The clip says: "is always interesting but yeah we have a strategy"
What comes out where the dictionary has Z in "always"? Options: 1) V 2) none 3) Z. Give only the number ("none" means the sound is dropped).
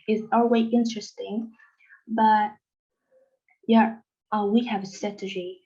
2